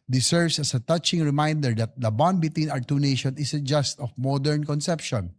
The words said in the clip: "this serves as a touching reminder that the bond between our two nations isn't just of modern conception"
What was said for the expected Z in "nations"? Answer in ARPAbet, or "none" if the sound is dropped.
none